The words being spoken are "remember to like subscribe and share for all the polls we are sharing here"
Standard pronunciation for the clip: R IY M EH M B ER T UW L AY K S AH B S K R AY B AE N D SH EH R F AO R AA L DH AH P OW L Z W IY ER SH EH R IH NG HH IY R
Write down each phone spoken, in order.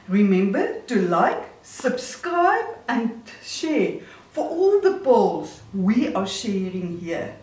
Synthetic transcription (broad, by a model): R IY M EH M B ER T UW L AY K S AH B S K R AY B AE N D SH EH R F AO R AA L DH AH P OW L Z W IY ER SH EH R IH NG HH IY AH